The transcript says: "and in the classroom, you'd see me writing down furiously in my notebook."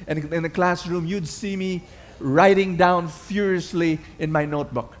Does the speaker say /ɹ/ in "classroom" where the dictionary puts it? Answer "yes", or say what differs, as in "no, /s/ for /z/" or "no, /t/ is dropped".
yes